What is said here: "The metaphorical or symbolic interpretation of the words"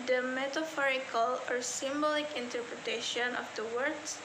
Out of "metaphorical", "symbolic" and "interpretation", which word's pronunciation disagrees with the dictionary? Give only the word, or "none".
none